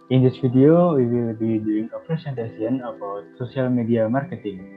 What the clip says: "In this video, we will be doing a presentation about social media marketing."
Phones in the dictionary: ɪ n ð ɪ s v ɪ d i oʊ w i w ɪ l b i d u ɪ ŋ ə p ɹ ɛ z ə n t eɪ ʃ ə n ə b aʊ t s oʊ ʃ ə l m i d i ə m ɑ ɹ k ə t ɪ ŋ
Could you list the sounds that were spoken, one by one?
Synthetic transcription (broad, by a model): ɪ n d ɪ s f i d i oʊ w i w ɪ l b i d u ɪ ŋ ə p ɹ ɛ s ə n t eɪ s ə n ə b aʊ t s oʊ s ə l m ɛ d i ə m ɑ ɹ k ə t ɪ ŋ